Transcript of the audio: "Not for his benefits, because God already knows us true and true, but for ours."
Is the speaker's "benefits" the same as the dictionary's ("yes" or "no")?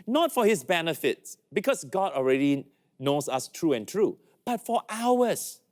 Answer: yes